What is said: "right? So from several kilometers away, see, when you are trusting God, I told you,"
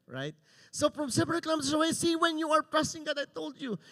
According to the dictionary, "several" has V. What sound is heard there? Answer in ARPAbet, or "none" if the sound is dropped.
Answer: P